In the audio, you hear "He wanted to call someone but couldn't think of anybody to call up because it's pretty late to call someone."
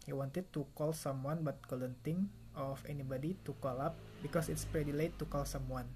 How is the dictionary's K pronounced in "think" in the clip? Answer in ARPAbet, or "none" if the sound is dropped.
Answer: none